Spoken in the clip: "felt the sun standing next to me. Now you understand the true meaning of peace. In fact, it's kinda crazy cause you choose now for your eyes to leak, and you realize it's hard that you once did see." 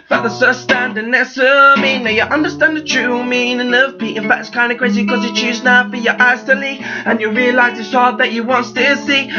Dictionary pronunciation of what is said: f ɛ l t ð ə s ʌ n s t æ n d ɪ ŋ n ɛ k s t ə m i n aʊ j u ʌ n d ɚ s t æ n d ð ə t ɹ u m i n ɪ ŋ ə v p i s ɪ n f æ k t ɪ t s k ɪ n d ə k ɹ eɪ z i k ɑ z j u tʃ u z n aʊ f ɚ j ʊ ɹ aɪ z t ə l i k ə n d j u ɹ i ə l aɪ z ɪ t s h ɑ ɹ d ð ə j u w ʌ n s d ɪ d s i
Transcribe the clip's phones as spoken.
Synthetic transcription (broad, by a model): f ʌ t ð ə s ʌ s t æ n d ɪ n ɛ s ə m i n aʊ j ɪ ʌ n d ɚ s t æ n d ð ə t ɹ u m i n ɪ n ə v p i ɪ n f æ k t ɪ t s k ɪ n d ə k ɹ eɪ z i k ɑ z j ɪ tʃ u z n aʊ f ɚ j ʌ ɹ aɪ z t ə l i ə n j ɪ ɹ i ə l aɪ z ɪ t s h ɑ ɹ d ð ə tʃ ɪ w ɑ n s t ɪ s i